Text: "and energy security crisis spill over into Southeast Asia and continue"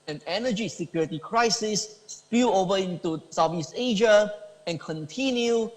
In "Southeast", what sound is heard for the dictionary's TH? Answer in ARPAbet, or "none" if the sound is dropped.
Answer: F